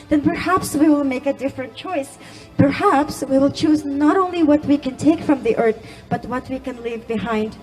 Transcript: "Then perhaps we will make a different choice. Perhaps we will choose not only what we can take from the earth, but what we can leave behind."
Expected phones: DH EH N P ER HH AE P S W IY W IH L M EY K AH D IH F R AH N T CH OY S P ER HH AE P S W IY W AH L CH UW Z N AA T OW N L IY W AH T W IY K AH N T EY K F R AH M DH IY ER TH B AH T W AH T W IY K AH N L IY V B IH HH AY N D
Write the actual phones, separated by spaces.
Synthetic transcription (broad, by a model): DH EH N P ER HH AE P S W IY W IH L M EY K AH D IH F R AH N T CH OY S P ER HH AE P S W IY W AH L CH UW Z N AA T OW N L IY W AH T W IY K AH N T EY K F R AH M DH IY ER TH B AH T W AH T W IY K AH N L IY V B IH HH AY N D